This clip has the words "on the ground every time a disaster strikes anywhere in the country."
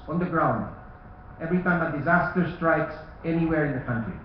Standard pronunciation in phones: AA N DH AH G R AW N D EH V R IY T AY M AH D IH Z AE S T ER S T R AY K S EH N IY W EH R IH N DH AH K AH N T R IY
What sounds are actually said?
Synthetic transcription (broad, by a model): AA N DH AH G R AW N D EH V R IY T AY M AH D IH Z AE S T ER S T R AY K S EH N IY W EH R IH N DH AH K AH N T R IY